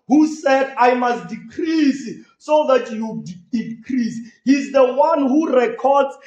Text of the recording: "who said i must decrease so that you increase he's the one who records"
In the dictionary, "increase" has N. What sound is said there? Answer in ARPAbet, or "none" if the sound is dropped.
none